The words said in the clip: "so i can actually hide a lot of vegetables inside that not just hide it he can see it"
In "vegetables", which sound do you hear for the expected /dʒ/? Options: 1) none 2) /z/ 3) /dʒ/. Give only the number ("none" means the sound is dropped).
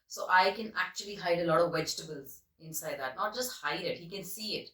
3